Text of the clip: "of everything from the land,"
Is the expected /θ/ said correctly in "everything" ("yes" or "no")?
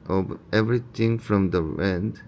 no